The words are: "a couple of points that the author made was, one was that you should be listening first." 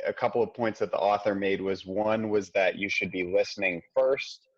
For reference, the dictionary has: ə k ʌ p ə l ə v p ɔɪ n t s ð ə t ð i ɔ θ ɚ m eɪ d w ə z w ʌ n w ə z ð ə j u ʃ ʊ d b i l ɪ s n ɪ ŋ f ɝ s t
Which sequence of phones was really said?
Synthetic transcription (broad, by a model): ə k ʌ p l ə v p ɔɪ n t s ð ə t ð i ɔ θ ɚ m eɪ d w ə z w ʌ n w ə z ð ə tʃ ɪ ʃ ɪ d b i l ɪ s n ɪ ŋ f ɝ s t